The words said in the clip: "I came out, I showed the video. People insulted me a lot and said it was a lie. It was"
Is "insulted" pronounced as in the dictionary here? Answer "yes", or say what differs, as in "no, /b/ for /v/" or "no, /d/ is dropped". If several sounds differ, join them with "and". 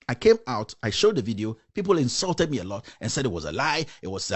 yes